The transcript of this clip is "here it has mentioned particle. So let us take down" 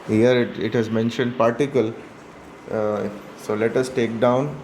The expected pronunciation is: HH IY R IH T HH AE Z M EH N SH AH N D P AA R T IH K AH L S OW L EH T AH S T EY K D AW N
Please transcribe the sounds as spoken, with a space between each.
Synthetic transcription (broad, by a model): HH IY R IH T HH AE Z M EH N SH AH N D P AA R T IH K AH L S OW L EH T AH S T EY K D AW N